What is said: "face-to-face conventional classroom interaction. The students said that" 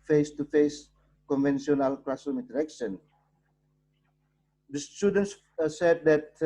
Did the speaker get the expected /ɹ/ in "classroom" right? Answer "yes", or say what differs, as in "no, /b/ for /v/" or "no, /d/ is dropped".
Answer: no, /ɹ/ is dropped